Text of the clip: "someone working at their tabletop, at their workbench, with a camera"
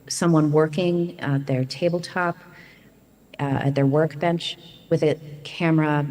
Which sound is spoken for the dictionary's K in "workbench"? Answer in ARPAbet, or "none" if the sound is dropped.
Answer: K